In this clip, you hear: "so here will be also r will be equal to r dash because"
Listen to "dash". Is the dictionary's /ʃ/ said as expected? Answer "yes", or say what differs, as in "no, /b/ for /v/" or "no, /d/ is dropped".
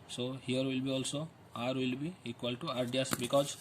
no, /s/ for /ʃ/